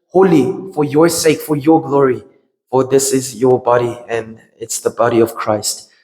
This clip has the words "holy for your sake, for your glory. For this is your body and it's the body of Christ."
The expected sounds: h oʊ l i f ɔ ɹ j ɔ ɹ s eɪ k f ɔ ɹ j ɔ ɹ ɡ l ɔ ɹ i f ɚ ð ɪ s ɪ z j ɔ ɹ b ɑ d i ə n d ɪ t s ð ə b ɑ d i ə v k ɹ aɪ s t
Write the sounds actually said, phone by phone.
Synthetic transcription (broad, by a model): h oʊ l i f ɔ ɹ j ɔ ɹ s eɪ k f ɔ ɹ j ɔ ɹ ɡ l ɔ ɹ i f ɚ ð ɪ s ɪ z j ɔ ɹ b ɑ d i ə n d ɪ t s ð ə b ɑ d i ə v k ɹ aɪ s t